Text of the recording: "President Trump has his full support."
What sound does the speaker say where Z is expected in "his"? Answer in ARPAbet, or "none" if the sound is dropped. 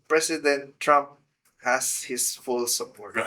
S